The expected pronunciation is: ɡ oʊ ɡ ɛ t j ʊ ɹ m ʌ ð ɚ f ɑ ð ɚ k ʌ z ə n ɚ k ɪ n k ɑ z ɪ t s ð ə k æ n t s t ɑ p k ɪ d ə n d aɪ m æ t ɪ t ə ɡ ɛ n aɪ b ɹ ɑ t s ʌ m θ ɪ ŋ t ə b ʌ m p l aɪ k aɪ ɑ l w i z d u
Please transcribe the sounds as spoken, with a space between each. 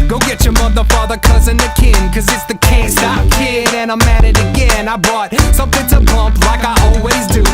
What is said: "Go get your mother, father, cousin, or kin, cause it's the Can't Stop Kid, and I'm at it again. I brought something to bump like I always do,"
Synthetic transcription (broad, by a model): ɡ oʊ ɡ ɛ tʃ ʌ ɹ m ʌ ð ɚ f ɑ ð ɚ k ʌ z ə n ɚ k ɪ n k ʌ z ɪ t s ð ə k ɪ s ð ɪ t ɑ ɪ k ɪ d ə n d aɪ m æ t ɪ t ə ɡ ɛ n aɪ b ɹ ɑ t s ʌ m θ ɪ ŋ t ə b ʌ m p l aɪ k aɪ ɑ l w i z d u